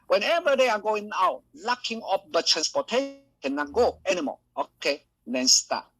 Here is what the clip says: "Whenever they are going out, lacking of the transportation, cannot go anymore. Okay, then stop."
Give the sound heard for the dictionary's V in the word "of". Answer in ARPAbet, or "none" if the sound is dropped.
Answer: P